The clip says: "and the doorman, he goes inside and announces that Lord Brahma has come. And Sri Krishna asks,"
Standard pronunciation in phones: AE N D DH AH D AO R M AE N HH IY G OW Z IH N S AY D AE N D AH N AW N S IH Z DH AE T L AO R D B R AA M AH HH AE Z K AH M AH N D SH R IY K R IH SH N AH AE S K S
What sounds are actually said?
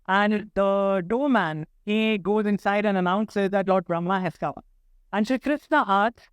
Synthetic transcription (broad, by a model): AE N D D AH D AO M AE N HH IY G OW Z IH N S AY D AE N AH N AW N S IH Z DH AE T L AO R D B R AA M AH HH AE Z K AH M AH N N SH IY K R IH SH N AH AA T